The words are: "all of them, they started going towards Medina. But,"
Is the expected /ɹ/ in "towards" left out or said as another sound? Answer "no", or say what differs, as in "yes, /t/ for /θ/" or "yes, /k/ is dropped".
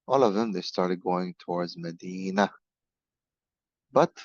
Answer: no